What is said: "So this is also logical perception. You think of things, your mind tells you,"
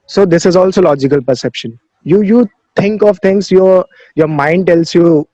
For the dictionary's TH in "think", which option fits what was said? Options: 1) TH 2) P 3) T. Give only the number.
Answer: 3